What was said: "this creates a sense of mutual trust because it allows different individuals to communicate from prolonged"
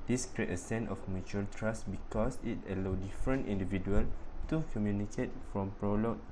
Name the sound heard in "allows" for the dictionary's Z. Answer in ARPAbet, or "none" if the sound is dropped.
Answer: none